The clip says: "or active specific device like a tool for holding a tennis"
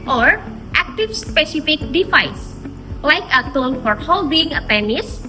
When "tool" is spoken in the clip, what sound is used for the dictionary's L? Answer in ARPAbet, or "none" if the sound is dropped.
N